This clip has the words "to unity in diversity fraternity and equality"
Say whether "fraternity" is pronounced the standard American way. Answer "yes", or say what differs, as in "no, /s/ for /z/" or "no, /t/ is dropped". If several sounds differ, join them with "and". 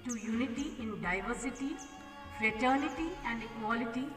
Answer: yes